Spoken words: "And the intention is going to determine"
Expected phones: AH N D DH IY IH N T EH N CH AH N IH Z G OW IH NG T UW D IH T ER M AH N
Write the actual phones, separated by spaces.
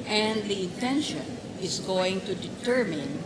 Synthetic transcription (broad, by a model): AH N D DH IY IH N T EH N SH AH N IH S G OW IH NG T UW D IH T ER M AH N